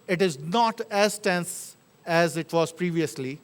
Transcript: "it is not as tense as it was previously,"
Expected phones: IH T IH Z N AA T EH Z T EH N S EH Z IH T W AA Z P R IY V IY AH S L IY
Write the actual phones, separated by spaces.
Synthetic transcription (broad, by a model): IH T IH Z N AA T EH Z T EH N S EH Z IH T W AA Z P R IY V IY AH S L IY